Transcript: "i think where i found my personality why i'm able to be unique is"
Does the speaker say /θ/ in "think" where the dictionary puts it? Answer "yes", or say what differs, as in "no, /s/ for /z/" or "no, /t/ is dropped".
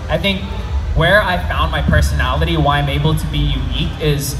yes